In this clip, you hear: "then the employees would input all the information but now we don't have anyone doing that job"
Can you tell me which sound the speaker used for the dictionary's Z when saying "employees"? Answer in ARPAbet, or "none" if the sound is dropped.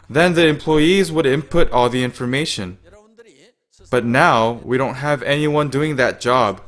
Z